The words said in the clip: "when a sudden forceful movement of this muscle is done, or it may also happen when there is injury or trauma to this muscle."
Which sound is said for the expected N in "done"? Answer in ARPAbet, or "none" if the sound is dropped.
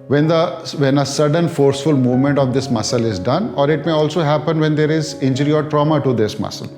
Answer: N